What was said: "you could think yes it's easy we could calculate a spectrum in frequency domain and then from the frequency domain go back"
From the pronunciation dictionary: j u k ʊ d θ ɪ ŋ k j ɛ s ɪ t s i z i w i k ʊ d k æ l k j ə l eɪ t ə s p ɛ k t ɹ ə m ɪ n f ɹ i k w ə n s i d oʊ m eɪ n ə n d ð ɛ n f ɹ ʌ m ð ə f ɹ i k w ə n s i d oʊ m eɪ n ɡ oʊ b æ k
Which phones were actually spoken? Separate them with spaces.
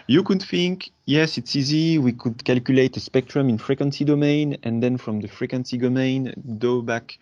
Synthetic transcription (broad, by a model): j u k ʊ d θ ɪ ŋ k j ɛ s ɪ t s i z i w i k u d k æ l k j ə l eɪ t ə s p ɛ k t ɹ ə m ɪ n f ɹ i k w ə n s i d oʊ m eɪ n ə n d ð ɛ n f ɹ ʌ m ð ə f ɹ i k w ə n s i d oʊ m eɪ n ɡ oʊ b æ k